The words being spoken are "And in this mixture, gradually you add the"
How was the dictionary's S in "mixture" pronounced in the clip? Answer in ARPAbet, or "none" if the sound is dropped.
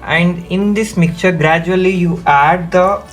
none